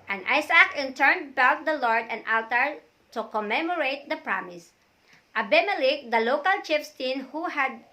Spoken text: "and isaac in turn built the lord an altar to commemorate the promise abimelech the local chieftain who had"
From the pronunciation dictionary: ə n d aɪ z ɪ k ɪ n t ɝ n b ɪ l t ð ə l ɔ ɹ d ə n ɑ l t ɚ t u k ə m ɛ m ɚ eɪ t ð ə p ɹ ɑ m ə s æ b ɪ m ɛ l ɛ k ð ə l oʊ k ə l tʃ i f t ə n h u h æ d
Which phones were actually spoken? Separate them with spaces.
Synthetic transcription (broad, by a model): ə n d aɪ s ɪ k ɪ n t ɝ n b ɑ w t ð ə l ɔ ɹ d ə n ɑ l t ɚ t u k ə m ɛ m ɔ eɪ t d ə p ɹ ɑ m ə s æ b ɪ m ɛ l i k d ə l oʊ k ə l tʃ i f t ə n h u h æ d